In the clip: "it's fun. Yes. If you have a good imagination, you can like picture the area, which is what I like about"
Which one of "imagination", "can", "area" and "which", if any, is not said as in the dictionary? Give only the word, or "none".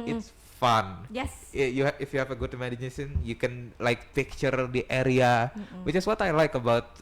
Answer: imagination